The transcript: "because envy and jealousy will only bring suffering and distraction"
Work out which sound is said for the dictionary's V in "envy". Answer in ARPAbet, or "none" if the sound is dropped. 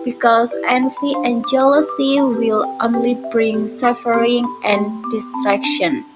F